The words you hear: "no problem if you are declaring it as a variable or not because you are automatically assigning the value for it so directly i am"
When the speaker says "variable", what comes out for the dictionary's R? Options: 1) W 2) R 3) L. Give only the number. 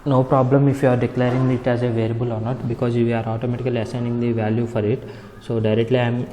3